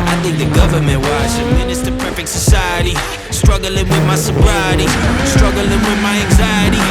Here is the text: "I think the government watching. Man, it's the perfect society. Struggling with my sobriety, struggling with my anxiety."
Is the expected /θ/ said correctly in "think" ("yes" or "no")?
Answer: yes